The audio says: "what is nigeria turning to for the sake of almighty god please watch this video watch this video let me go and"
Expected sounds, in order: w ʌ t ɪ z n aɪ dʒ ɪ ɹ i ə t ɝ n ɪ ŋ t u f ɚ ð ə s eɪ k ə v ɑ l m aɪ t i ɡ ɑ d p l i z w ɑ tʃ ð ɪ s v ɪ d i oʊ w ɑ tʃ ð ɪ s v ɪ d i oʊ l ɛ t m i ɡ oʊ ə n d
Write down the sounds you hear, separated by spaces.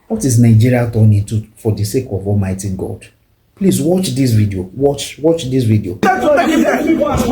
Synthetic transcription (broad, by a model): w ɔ t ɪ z n aɪ dʒ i ɹ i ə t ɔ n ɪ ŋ t u f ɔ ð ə s eɪ k ə v ɑ l m aɪ t i ɡ ɑ d p l i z w ɑ tʃ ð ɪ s v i d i oʊ w ɑ tʃ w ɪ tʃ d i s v i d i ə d